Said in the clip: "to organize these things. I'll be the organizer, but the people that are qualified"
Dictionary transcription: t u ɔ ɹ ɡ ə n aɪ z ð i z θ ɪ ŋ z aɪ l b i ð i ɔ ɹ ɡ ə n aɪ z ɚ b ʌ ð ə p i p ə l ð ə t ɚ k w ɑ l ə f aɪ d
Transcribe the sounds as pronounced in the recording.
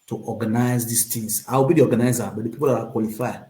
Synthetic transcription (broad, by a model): t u ɔ ɡ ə n aɪ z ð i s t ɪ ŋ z aɪ w b i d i ɔ ɡ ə n aɪ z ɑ b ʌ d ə p i p ə l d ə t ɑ k w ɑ l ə f aɪ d